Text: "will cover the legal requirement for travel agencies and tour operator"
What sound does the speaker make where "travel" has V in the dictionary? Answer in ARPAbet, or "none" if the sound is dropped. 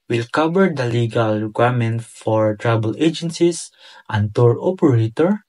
B